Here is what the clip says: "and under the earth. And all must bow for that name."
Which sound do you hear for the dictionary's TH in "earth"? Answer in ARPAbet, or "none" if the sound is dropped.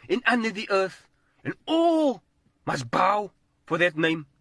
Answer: TH